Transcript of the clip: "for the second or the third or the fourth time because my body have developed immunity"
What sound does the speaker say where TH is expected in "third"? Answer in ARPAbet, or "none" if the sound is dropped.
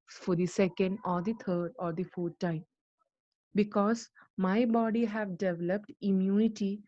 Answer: T